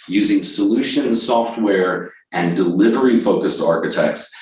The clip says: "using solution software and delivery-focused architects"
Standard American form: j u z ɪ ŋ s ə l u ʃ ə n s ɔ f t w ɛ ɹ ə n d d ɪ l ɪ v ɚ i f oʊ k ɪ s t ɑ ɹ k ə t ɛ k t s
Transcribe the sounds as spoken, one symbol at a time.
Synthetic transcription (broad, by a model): j u z ɪ ŋ s ə l u ʃ ə n s ɔ f t w ɛ ɹ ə n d d ɪ l ɪ v ɚ i f oʊ k ɪ s t ɑ ɹ k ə t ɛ k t s